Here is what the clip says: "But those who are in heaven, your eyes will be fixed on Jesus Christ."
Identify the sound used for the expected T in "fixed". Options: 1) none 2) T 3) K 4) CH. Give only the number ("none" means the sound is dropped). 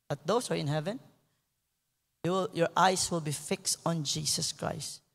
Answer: 2